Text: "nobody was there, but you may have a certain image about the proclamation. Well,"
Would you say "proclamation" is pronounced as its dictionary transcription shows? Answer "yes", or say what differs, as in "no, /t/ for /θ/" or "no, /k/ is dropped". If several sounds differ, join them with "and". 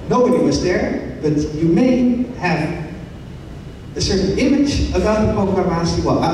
no, /l/ is dropped and /s/ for /ʃ/